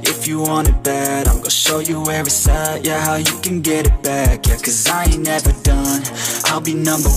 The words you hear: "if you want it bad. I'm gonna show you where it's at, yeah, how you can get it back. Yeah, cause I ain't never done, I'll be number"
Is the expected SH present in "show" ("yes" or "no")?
yes